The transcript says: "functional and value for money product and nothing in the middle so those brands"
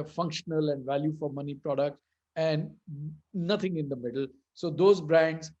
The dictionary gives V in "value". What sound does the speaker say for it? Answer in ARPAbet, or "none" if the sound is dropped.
V